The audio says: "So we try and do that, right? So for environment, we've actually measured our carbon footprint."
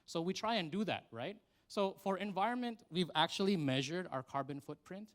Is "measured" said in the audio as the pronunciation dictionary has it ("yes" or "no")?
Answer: yes